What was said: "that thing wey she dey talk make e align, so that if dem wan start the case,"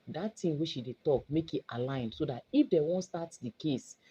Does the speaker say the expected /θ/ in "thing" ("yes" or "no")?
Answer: no